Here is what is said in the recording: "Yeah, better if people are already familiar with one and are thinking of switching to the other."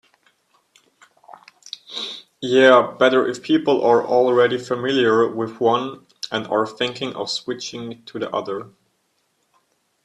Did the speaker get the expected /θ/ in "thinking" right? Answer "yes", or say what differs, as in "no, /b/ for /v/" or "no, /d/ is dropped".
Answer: yes